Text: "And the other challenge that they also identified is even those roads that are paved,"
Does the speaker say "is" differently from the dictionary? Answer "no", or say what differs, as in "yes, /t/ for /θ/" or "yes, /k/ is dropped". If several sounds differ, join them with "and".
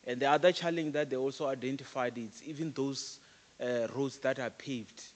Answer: yes, /s/ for /z/